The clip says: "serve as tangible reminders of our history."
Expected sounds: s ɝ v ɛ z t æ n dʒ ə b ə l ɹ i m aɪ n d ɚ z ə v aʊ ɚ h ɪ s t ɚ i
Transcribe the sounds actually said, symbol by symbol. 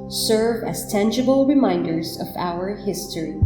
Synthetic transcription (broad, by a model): s ɝ v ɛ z t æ n dʒ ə b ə l ɹ i m aɪ n d ɚ z ə v aʊ ɚ h ɪ s t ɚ i